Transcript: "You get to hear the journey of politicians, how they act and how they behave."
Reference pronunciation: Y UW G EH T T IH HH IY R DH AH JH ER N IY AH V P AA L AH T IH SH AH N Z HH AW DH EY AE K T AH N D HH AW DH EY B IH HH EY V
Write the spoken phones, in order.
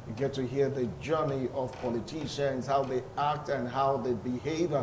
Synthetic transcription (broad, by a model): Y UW G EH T T IH HH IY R DH AH JH ER N IY AH V P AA L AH T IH SH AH N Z HH AW DH EY AE K T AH N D HH AW DH EY B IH HH EY V